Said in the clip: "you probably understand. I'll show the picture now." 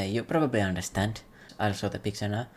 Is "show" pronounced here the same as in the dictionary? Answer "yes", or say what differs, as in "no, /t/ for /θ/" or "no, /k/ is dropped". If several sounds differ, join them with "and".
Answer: no, /s/ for /ʃ/